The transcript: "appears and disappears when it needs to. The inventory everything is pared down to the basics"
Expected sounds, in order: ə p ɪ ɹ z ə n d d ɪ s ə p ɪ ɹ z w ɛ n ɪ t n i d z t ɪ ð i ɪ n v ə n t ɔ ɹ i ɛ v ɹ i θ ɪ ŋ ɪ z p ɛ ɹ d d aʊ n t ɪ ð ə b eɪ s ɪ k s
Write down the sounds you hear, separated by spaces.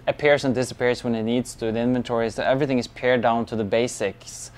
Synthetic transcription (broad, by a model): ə p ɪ ɹ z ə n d d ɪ s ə p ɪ ɹ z w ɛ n ɪ t n i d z t ɪ ð i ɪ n v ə n t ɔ ɹ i ɛ v ɹ i θ ɪ ŋ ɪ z p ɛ ɹ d d aʊ n t ɪ ð ə b eɪ s ɪ k s